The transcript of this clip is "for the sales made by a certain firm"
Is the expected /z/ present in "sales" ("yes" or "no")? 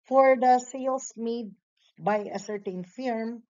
no